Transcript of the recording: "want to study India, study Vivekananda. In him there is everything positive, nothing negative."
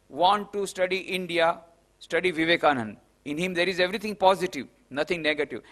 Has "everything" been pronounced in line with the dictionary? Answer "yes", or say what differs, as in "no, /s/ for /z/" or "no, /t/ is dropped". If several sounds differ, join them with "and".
no, /t/ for /θ/